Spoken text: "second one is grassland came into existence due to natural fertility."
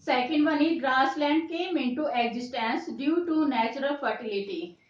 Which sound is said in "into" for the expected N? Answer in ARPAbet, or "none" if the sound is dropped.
N